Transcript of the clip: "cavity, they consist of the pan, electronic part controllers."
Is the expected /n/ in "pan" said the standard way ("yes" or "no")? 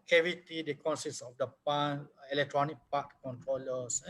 no